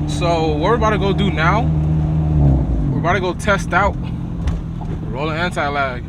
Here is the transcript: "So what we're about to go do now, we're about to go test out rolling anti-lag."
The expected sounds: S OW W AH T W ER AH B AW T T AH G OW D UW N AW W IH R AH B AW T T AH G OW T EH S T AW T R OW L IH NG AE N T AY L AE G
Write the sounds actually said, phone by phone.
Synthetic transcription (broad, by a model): S OW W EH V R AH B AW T T AH G OW D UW N AW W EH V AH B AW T T AH G OW T EH S T AW T R OW L IH NG AE N T AY L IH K